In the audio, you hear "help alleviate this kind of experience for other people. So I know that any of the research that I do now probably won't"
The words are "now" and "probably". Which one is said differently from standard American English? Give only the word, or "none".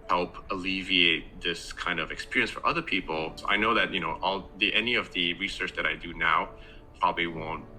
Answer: none